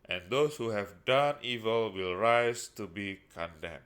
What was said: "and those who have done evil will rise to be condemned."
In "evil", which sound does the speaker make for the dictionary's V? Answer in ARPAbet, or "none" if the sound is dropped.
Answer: V